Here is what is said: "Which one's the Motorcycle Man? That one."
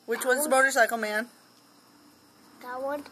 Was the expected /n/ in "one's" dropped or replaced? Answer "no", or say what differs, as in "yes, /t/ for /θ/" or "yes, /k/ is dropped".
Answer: yes, /n/ is dropped